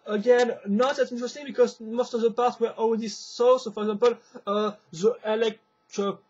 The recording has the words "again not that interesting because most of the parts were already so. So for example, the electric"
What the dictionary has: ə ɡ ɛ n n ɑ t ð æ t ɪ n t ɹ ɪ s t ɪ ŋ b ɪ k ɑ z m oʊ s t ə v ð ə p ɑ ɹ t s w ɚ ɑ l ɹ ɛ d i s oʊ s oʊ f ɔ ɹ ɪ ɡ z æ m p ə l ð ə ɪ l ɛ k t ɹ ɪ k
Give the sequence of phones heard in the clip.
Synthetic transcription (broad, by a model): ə ɡ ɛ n n ɑ t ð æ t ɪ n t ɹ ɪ s t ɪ ŋ b ɪ k ɑ z m oʊ s t ə v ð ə p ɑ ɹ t w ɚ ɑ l w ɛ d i s oʊ s oʊ f ɔ ɹ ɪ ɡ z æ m p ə l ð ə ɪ l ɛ k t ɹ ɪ